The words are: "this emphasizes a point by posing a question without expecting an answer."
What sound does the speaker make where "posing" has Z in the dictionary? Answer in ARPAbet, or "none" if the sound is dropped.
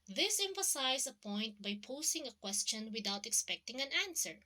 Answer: S